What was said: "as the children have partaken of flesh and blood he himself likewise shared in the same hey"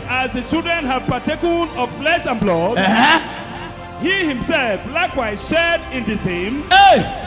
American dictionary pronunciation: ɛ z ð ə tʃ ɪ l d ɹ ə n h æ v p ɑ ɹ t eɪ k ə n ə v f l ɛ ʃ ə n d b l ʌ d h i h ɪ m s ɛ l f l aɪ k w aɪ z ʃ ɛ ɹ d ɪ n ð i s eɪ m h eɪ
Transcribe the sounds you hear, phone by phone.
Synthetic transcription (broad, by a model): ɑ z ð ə tʃ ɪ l d ɹ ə n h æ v p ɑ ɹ t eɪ k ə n ə v f l ɛ ʃ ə n b l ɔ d h i h ɪ m s ɛ l f l aɪ k w aɪ z ʃ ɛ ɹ d ɪ n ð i s eɪ m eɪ